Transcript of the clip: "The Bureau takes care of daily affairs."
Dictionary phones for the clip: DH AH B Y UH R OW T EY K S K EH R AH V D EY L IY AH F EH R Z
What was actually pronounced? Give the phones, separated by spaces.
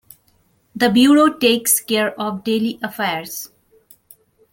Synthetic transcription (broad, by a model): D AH B Y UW R OW T EY K S K EH R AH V D EY L IY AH F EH R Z